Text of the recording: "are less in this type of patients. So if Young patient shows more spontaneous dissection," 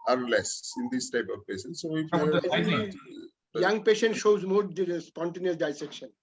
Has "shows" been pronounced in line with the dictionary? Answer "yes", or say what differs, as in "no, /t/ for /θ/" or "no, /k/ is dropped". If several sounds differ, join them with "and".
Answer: yes